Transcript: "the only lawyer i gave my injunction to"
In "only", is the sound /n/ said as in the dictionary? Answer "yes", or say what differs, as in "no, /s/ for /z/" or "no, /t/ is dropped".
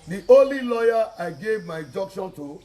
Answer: no, /n/ is dropped